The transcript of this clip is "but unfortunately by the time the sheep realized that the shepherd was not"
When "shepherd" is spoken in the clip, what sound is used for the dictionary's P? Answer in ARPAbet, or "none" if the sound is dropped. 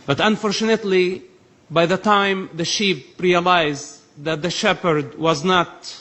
P